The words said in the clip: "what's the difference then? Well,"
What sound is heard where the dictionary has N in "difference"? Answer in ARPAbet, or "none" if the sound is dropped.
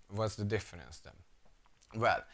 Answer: N